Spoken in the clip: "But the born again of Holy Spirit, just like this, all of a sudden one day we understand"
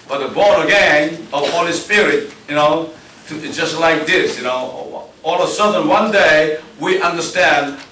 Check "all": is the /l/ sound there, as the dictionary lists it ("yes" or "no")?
no